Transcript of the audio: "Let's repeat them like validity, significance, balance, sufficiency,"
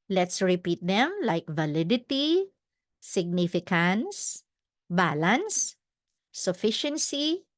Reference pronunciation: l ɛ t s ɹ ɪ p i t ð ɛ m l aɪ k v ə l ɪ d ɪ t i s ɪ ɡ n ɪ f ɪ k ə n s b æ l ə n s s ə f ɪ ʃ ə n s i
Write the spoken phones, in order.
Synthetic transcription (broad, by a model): l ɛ t s ɹ ɪ p i t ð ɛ m l aɪ k v ə l ɪ d ɪ t i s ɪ ɡ n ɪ f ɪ k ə n s b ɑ l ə n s s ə f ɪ ʃ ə n s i